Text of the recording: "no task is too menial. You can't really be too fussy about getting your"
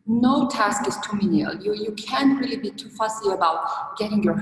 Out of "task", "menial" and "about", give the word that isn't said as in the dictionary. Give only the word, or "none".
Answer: none